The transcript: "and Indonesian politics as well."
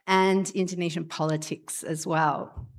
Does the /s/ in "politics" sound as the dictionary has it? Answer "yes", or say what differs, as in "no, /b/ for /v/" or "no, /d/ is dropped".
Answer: yes